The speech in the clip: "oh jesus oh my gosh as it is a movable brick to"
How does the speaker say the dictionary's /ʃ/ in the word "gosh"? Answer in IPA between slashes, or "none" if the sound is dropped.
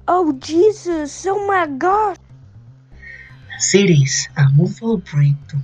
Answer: none